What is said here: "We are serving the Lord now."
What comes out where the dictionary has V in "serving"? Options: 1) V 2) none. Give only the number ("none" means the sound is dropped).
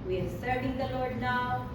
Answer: 2